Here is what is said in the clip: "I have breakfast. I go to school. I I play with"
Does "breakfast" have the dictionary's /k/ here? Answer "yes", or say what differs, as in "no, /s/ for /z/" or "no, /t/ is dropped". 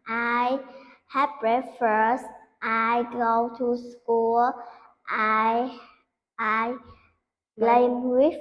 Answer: no, /k/ is dropped